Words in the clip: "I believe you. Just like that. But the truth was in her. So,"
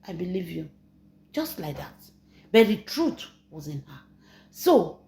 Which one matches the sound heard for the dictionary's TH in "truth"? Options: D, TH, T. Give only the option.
T